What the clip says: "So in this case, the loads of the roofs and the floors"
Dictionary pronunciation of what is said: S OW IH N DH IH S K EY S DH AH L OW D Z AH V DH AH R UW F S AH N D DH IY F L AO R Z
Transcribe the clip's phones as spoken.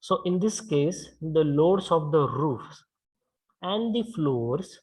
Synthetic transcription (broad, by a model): S OW IH N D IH S K EY S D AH L OW D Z AH V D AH R UW F S AH N D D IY F L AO R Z